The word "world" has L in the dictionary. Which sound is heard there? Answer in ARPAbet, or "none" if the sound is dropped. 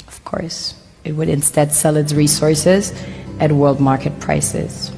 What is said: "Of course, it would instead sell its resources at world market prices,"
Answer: L